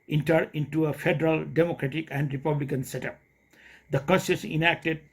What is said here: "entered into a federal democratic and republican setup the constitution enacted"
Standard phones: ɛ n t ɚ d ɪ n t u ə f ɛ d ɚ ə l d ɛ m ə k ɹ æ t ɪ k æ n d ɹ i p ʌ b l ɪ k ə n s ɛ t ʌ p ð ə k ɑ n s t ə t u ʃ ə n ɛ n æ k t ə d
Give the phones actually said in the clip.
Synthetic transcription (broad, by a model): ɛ n t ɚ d ɪ n t u ə f ɛ d ɚ ə l d ɛ m ə k ɹ æ t ɪ k æ n d ɹ i p ʌ b l ɪ k ə n s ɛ t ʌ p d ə k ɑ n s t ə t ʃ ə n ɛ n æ k t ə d